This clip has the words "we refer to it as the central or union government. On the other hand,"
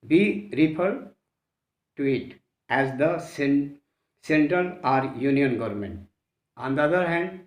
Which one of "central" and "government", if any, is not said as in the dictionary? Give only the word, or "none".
central